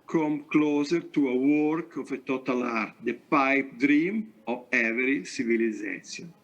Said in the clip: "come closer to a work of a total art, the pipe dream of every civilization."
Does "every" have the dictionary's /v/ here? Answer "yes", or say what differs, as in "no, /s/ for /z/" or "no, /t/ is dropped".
no, /v/ is dropped